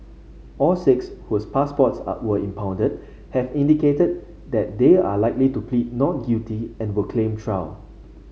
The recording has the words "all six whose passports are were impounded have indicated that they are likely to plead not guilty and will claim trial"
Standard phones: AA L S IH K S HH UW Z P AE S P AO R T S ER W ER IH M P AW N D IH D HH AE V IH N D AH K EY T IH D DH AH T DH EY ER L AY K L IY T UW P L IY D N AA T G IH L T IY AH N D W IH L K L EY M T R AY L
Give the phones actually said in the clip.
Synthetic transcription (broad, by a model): AA L S IH K S HH UW S P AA S P AO T S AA W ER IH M P AW N D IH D HH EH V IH N D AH K EY T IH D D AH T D EY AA L AY K L IY T UW P L IY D N AA T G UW T IY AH N W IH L K L EY M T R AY W